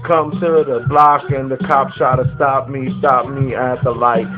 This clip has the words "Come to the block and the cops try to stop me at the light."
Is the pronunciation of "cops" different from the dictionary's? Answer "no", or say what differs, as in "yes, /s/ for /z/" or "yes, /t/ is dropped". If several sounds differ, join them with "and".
yes, /ʃ/ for /s/